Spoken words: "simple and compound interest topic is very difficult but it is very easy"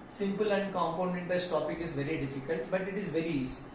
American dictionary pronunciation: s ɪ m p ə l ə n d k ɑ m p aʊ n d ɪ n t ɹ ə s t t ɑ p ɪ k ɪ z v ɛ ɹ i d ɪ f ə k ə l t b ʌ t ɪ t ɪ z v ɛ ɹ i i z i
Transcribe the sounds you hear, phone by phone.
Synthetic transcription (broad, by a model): s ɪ m p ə l ə n d k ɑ m p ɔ n ɛ n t ə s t t ɑ p ɪ k ɪ z v ɛ ɹ i d ɪ f ə k ə l t b ʌ t ɪ t ɪ z v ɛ ɹ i i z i